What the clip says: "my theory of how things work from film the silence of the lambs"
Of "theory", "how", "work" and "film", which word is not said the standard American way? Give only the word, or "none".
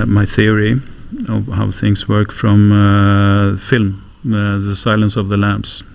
none